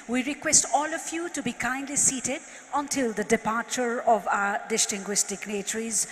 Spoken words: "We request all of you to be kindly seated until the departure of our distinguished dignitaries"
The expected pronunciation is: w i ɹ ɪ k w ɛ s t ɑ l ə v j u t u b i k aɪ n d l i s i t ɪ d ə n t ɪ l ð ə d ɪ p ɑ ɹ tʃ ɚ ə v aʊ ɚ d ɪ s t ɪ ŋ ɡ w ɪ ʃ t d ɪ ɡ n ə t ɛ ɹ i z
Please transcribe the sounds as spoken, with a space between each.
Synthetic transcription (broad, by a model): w i ɹ ɪ k w ɛ s t ɑ l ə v j u t u b i k aɪ n d l i s i t ɪ d ə n t ɪ l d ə d ɪ p ɑ ɹ tʃ ɚ ə v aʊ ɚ d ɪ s t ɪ ŋ ɡ w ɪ s t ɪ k n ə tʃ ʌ ɹ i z